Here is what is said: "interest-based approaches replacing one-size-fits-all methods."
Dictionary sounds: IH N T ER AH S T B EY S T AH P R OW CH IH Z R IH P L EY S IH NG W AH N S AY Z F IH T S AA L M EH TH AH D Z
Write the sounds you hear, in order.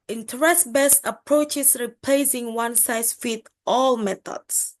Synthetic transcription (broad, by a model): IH N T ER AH S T B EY S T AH P R OW CH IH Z R IH P L EY S IH NG W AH N S AY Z F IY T AA L M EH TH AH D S